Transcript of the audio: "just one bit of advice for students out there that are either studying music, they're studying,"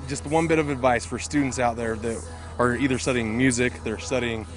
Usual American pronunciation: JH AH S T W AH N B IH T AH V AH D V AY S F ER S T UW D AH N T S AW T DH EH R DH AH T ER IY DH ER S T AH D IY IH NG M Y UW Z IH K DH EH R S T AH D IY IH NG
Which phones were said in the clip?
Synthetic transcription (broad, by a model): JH AH S T W AH N B IH T AH V AH D V AY S F ER S T UW D N T S AW T DH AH R DH AH T ER IY DH ER S T AH D IY IH NG M Y UW Z IH K DH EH R S T AH D IY IH NG